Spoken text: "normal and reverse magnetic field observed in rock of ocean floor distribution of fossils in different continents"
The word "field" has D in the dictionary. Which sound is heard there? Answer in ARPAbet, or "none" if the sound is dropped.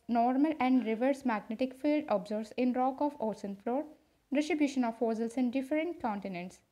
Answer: D